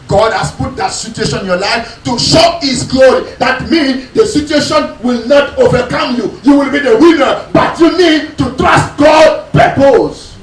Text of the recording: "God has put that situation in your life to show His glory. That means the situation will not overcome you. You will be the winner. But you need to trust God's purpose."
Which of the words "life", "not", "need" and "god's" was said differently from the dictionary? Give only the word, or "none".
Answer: god's